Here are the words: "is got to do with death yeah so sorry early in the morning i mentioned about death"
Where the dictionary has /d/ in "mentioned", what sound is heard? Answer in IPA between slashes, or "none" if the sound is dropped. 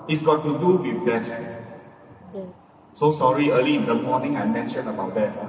none